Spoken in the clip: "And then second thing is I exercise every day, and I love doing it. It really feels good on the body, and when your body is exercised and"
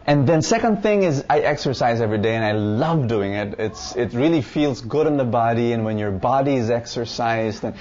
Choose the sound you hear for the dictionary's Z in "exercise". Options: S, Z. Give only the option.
Z